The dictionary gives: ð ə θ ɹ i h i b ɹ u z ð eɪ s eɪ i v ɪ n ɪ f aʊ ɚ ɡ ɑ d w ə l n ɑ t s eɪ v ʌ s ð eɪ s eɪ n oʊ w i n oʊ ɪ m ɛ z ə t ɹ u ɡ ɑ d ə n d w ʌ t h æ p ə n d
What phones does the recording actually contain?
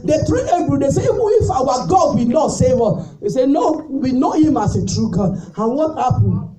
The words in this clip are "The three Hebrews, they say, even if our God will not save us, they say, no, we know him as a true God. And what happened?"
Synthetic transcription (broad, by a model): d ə t ɹ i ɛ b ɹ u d eɪ s eɪ i v ɪ n ɪ f aʊ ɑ ɡ ɑ d w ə n ɑ t s eɪ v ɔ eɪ s eɪ n oʊ w i n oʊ ɪ m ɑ s ə t ɹ u ɡ ɑ d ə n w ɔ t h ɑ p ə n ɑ